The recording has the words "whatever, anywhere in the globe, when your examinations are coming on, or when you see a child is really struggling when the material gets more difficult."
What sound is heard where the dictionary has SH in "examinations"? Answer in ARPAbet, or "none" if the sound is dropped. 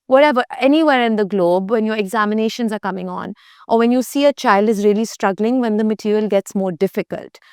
SH